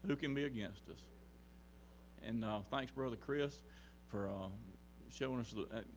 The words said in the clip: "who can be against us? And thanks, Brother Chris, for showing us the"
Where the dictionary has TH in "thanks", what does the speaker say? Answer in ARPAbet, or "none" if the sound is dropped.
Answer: TH